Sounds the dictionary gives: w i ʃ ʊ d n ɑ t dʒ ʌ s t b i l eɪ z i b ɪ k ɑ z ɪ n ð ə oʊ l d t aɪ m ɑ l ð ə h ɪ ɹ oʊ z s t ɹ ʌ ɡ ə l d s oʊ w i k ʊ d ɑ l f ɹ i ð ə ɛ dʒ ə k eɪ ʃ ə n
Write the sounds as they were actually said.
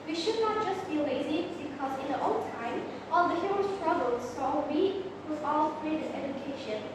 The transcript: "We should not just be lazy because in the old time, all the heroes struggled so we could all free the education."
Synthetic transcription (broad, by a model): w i ʃ ʊ d n ɑ t dʒ ʌ s t b i l eɪ z i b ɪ k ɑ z ɪ n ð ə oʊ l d t aɪ m ɑ l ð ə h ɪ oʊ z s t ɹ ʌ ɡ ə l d s oʊ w i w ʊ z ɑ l p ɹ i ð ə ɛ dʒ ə k eɪ ʃ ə n